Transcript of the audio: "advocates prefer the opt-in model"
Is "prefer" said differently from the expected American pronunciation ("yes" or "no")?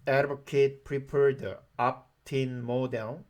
yes